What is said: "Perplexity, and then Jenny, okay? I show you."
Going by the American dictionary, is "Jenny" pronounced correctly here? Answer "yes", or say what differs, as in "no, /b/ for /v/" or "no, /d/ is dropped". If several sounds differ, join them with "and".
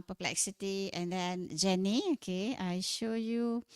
yes